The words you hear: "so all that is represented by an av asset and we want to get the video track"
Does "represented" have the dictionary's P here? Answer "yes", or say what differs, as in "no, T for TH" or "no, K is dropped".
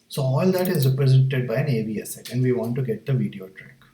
yes